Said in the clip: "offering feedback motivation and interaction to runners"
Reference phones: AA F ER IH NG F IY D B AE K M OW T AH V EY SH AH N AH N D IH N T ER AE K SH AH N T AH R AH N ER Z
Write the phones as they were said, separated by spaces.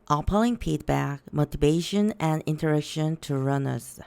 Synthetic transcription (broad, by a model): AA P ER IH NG P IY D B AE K M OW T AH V EY SH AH N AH N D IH N T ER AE K SH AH N T AH R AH N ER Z